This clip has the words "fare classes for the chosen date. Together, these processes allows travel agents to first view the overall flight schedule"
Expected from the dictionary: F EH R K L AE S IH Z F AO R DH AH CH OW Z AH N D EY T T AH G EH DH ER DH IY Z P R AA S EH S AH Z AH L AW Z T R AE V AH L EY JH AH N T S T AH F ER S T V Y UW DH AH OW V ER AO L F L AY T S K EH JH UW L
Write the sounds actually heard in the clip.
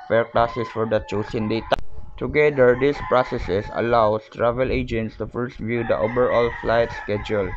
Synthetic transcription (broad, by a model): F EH R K L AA S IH S F AO R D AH CH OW S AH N D EY T T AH G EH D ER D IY S P R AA S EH S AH S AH L AW S T R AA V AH L EY JH AH N T S T AH F ER S T V Y UW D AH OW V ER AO L F L AY T S K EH JH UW L